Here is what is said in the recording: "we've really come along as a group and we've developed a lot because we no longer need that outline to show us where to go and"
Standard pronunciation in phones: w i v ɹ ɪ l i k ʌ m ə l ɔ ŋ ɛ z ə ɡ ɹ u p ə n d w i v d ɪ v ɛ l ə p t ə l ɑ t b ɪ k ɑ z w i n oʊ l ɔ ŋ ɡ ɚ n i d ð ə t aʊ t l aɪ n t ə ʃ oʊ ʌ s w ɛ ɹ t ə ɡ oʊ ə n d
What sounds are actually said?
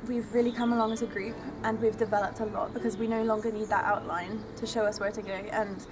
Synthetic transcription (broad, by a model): w i v ɹ ɪ l i k ʌ m ə l ɔ ŋ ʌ z ə ɡ ɹ u p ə n w i v d ɪ v ɛ l ə p t ə l ɑ t b ɪ k ɑ z w i n oʊ l ɔ ŋ ɡ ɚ n i d ð ə t aʊ t l aɪ n t ə ʃ oʊ ʌ s w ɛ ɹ t ə ɡ oʊ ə n